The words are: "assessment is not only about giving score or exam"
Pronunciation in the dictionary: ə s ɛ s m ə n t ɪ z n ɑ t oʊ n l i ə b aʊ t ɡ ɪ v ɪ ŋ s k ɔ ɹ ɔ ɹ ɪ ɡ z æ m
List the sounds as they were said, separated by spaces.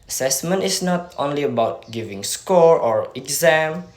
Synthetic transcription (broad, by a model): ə s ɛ s m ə n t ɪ s n ɑ t oʊ n l i ə b aʊ t ɡ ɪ v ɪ ŋ s k ɔ ɹ ɔ ɹ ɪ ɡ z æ m